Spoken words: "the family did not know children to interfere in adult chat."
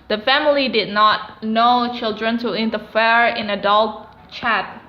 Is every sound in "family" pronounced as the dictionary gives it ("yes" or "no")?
yes